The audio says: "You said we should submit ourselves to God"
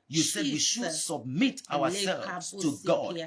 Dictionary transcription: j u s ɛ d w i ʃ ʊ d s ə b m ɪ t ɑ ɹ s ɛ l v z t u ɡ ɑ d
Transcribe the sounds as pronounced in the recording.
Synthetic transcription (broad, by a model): j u s ɛ d w i ʃ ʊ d s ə b m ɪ t ɑ w s ɛ l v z t u ɡ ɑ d